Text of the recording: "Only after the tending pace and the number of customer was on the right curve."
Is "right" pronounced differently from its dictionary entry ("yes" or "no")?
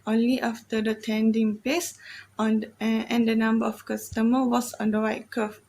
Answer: yes